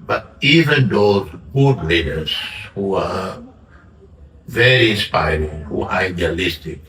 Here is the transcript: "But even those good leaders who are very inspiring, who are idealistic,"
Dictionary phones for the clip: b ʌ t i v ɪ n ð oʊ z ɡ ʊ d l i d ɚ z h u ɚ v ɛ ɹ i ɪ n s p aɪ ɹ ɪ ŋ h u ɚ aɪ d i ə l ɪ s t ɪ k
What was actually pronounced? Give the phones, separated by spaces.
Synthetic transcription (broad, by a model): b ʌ t i v ɪ n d oʊ ɡ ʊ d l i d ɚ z h u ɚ v ɛ ɹ i ɪ n s p aɪ ɹ ɪ ŋ h u aɪ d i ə l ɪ s t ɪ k